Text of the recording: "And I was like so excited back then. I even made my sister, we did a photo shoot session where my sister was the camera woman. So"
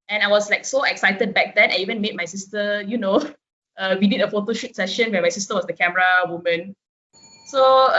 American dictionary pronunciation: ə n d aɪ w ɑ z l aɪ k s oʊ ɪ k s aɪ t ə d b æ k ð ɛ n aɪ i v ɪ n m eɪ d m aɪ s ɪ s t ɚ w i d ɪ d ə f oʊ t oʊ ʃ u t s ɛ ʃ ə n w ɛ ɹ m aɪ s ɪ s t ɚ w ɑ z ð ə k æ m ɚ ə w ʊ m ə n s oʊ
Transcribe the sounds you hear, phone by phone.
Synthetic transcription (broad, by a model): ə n aɪ w ɑ s l aɪ k s oʊ ɪ k s aɪ t ə d b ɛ k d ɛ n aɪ i v ɪ n m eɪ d m aɪ s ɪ s t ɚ w i d ɪ d ə f oʊ t oʊ ʃ u t s ɛ ʃ ə n w ɛ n m aɪ s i s t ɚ w ɑ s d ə k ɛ m ɚ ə w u m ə n s oʊ